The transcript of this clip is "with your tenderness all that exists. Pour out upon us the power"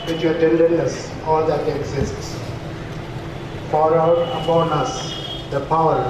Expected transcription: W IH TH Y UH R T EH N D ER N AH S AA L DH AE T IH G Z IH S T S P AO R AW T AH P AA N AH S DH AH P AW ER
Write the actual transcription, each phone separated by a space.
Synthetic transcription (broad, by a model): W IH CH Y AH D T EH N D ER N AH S AA L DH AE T IH G Z IH S T S F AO R AW T AH P AA N AH S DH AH P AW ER